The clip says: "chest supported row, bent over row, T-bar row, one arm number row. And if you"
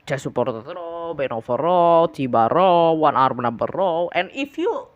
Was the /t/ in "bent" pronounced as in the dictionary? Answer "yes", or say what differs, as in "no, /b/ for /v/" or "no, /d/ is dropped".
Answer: no, /t/ is dropped